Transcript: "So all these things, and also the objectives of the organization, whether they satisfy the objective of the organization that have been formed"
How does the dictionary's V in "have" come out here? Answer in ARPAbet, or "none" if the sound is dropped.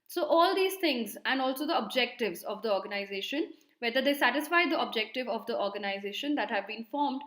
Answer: V